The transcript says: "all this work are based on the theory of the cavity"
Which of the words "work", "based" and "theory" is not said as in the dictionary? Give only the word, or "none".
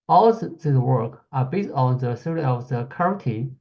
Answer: theory